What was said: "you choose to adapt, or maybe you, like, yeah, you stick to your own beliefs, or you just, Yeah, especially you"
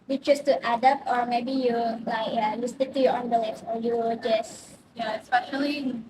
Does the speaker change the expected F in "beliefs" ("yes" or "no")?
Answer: yes